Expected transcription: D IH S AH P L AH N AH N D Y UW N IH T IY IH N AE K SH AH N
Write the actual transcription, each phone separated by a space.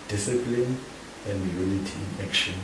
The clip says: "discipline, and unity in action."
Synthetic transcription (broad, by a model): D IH S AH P L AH N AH N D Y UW L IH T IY IH N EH K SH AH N